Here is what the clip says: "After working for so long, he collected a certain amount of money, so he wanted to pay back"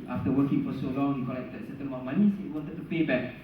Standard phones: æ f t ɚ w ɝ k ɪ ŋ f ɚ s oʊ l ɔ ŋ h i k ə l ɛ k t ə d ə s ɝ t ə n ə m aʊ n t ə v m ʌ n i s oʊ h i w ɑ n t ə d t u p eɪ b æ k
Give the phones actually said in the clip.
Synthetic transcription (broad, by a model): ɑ f t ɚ w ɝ k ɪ ŋ f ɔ s oʊ l ɔ ŋ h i k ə l ɛ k t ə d s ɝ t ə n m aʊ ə m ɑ n i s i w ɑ n t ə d t u p eɪ b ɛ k